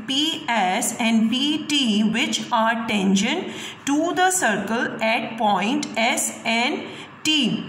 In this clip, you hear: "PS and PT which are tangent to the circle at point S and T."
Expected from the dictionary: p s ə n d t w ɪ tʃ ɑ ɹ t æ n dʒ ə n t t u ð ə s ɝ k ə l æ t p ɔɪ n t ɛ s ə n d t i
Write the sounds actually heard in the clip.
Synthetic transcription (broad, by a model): p s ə n d t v ɪ tʃ ɑ ɹ t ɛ n ʃ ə n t t u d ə s ɝ k ə l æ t p ɔɪ n t ɛ s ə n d t i